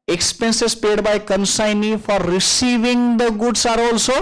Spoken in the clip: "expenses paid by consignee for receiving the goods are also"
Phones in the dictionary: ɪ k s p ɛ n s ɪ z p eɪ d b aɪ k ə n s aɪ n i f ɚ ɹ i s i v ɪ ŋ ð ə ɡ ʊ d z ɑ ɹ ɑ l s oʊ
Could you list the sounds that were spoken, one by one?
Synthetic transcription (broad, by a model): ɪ k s p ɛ n s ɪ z p eɪ d b aɪ k ə n s aɪ n i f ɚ ɹ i s i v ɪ ŋ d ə ɡ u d s ɑ ɹ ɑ l s oʊ